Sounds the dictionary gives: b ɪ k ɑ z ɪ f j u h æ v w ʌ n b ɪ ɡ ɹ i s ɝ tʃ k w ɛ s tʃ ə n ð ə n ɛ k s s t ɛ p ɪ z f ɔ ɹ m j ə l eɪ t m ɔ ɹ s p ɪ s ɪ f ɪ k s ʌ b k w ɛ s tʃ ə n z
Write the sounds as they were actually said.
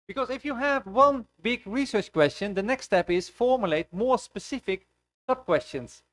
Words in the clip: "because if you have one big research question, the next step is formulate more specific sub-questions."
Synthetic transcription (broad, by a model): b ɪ k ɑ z ɪ f j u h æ v w ʌ n b ɪ ɡ ɹ i s ɝ tʃ k w ɛ s tʃ ə n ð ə n ɛ k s s t ɛ p ɪ z f ɔ ɹ m j ə l eɪ t m ɔ ɹ s p ɪ s ɪ f ɪ k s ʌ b k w ɛ s tʃ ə n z